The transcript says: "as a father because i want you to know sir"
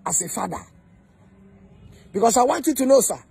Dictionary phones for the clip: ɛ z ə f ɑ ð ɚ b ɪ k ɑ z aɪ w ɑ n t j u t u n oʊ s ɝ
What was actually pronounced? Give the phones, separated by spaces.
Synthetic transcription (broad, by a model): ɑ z ə f ɑ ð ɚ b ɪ k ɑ s aɪ w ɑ n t j u t u n oʊ s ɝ